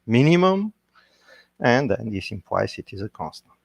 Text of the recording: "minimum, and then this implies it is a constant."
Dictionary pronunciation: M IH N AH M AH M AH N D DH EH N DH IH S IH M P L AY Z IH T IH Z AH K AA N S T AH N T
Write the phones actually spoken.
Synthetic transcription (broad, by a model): M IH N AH M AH M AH N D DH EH N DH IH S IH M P W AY S IH T IH Z AH K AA N S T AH N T